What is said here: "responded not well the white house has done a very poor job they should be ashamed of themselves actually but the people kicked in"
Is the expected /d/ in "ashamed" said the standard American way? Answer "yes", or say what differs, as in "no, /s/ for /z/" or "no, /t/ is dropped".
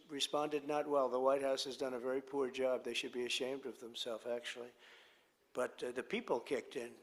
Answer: yes